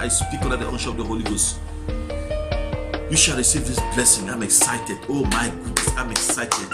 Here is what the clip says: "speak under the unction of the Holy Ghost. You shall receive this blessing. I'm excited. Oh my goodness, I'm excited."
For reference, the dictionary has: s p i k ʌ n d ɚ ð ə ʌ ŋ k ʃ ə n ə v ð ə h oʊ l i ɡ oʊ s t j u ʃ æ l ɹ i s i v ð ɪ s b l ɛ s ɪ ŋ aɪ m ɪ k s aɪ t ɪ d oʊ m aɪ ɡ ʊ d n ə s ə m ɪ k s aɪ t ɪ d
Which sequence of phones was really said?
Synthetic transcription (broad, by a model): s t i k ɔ d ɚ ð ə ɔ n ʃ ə ə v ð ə h oʊ l i ɡ oʊ s t j u ʃ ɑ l ɹ i s i v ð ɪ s b l ɛ s ɪ ŋ aɪ m ɪ k s aɪ t ɪ d oʊ m aɪ ɡ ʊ d n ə s ə m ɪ k s aɪ t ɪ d